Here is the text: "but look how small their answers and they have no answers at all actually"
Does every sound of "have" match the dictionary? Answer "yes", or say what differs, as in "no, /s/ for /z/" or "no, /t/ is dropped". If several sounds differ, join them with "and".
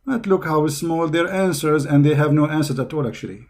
yes